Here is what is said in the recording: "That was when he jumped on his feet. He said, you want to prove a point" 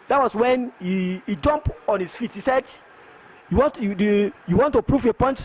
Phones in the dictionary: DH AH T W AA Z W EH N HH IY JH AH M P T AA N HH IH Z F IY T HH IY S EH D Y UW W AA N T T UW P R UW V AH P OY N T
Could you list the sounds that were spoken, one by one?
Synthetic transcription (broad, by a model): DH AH T W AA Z W EH N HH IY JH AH M P AA N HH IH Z F IY T HH IY S EH D Y UW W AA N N T UW P R UW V AH P OY N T